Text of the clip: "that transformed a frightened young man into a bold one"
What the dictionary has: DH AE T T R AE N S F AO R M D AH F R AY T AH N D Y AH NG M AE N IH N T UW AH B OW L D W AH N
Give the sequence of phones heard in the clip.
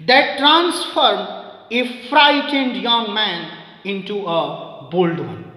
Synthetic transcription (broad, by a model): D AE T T R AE N S F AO R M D AH F R AY T AH N D Y AH NG M AE N IH N T UW AH B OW L D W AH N